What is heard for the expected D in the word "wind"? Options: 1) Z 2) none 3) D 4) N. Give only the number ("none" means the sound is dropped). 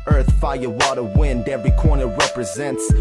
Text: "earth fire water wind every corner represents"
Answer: 3